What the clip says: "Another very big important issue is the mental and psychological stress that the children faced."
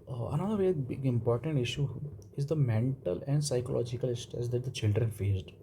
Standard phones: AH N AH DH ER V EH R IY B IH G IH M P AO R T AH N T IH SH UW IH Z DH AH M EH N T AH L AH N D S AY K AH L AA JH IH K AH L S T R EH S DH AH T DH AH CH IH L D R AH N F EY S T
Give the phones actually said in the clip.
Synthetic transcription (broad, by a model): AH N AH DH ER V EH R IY B IH G IH M P AO R T AH N T IH SH UW IH Z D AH M EH N T AH L AH N D S AY K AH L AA JH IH K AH L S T EH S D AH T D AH CH IH L D R AH N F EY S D